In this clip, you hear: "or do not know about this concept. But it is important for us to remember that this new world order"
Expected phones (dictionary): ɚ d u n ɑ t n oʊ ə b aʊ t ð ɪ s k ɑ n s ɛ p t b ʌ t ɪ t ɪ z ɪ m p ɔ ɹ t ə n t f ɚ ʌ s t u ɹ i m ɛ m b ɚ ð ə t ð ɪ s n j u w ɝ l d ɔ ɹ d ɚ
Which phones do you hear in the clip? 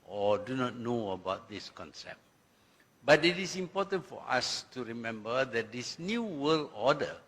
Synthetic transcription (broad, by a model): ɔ d u n ɑ t n oʊ ə b aʊ t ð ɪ s k ɑ n s ɛ p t b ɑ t ɪ t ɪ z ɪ m p ɔ t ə n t f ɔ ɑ s t u ɹ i m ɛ m b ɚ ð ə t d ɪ s n j u w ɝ l ɔ d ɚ